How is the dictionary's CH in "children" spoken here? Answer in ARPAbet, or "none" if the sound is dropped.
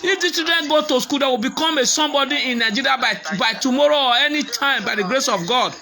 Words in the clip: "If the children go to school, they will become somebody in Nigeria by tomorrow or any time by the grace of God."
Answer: S